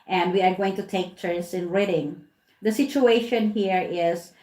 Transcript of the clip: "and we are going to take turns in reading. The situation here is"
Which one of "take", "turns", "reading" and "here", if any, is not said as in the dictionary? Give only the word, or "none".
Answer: turns